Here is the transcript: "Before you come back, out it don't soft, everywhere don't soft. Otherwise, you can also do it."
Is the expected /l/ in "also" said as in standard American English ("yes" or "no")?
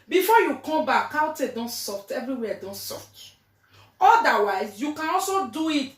yes